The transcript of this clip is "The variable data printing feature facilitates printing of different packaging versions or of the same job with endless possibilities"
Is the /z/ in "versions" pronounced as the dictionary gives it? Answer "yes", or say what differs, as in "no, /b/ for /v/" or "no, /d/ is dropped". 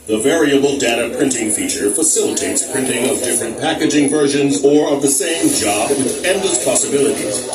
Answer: yes